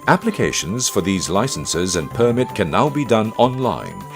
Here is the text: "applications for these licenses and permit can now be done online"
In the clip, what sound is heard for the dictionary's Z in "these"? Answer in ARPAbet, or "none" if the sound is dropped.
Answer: Z